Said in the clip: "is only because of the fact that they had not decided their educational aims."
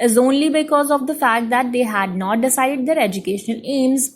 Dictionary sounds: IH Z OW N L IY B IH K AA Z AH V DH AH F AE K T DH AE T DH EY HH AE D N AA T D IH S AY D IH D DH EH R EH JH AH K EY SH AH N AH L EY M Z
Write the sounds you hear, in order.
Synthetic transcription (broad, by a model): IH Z OW N L IY B IH K AA Z AH V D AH F AE K T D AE T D EY HH AE D N AA T D IH S AY D IH D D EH R EH JH AH K EY SH AH N AH L EY M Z